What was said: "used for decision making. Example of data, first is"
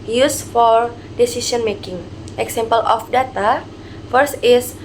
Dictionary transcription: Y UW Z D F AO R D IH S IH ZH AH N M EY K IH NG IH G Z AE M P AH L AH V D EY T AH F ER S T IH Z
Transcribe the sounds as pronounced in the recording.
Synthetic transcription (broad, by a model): Y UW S F AO R D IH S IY S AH N M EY K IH NG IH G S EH M P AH L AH F D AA T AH F ER S T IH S